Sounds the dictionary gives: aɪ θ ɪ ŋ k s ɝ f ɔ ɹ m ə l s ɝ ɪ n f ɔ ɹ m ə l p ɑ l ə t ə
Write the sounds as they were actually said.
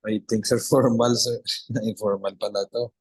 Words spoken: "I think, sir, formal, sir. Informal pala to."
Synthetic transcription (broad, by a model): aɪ t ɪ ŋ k s ɝ f ɔ ɹ m ə l s ɝ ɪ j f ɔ ɹ m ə l p ɑ l ə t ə